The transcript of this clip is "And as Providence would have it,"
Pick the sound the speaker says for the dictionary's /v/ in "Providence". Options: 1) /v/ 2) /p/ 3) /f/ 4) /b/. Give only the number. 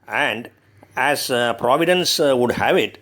1